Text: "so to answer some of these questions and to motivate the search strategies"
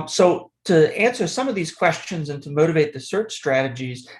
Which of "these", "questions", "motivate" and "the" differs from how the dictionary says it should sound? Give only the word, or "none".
none